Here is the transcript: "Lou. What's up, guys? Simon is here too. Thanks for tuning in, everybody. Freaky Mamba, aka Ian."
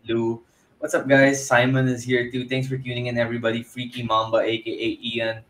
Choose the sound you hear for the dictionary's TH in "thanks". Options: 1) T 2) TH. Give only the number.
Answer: 1